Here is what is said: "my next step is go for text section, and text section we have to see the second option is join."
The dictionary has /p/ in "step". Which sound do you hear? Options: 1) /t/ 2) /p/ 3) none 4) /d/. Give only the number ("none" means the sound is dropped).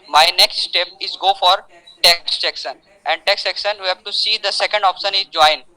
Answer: 2